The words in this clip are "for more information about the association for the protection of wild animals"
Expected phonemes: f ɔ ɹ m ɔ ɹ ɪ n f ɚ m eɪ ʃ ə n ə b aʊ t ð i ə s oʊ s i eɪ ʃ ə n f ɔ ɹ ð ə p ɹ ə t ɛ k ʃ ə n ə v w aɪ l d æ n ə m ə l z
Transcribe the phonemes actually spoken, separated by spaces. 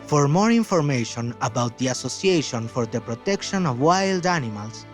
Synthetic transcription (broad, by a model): f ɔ ɹ m ɔ ɹ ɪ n f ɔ m eɪ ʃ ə n ə b aʊ t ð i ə s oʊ s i eɪ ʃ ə n f ɔ ɹ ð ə p ɹ ə t ɛ k ʃ ə n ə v w aɪ l d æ n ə m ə l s